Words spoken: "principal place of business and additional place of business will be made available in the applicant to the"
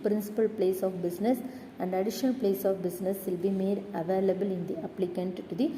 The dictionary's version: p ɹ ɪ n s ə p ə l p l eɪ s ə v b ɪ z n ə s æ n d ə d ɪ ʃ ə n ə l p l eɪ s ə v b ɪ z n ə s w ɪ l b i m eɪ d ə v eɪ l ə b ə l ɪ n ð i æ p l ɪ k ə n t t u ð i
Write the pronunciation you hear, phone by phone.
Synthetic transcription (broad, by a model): p ɹ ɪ n s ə p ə l p l eɪ s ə f b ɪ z n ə s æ n d ə d ɪ ʃ ə n ə l p l eɪ s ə f b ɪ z n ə s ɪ l b i m eɪ d ə v eɪ l ə b ə l ɪ n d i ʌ p l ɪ k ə n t t u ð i